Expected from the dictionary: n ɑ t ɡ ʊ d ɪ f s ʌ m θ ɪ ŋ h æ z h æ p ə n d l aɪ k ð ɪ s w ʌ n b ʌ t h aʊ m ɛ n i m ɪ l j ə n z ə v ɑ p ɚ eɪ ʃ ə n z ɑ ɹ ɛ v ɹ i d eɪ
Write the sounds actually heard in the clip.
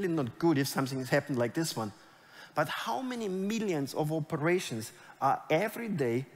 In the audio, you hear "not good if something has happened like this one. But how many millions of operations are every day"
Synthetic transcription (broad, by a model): n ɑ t ɡ ʊ d ɪ f s ʌ m θ ɪ ŋ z h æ p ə n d l aɪ k ð ɪ s w ʌ n b ʌ t h aʊ m ɛ n i m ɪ l j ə n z ə v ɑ p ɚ eɪ ʃ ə n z ɑ ɹ ɛ v ɹ i d eɪ